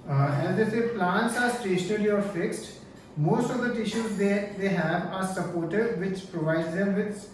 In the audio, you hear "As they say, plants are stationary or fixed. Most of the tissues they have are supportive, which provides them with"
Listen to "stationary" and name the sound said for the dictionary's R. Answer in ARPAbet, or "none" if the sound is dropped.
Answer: L